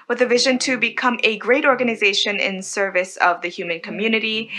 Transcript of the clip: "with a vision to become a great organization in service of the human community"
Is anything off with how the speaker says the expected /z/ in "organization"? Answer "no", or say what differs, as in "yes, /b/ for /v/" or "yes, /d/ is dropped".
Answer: no